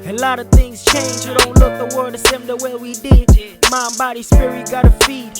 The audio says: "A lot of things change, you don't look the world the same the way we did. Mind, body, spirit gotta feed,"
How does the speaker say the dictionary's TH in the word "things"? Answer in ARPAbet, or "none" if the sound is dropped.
TH